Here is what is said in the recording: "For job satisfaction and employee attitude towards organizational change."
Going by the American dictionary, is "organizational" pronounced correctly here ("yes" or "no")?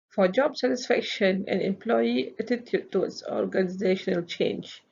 yes